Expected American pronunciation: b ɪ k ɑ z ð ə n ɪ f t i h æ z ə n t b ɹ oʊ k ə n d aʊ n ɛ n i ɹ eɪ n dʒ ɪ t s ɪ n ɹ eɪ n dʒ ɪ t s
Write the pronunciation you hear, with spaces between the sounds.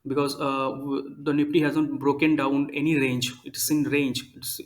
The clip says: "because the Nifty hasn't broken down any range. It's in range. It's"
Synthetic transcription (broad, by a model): b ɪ k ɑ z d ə n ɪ p t i h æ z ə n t b ɹ oʊ k ə n d aʊ n ɛ n i ɹ eɪ n dʒ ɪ t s ɪ n ɹ eɪ n dʒ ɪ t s